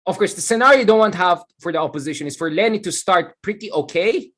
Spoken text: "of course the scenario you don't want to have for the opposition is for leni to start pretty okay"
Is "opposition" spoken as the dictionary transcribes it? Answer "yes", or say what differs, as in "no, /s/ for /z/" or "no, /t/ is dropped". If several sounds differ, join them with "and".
yes